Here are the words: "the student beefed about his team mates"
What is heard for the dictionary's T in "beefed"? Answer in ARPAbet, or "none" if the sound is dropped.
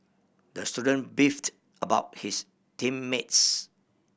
T